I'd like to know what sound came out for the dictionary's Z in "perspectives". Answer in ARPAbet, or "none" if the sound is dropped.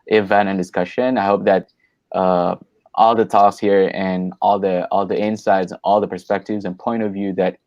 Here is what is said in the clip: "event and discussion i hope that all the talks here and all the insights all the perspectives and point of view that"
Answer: Z